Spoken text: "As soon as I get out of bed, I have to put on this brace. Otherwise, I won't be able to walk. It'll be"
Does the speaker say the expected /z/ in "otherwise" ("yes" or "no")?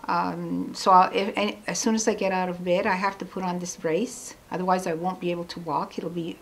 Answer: yes